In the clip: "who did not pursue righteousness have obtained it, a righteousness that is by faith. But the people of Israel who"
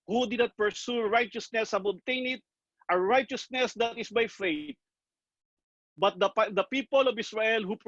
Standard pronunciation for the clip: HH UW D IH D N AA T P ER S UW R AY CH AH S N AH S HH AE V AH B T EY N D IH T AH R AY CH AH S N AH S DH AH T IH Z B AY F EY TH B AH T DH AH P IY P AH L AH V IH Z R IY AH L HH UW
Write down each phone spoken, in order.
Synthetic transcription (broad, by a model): HH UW D IH D N AA T P ER S UW R AY CH AH S N AH S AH B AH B T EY N IH T AH R AY CH AH S N AH S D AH T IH S B AY F EY T B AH T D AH P IY P AH L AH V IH S R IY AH L HH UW